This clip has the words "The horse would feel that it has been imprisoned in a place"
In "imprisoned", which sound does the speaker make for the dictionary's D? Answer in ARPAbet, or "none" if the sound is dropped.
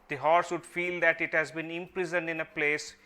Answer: D